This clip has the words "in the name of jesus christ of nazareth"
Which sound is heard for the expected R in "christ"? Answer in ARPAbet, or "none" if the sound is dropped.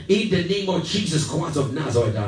W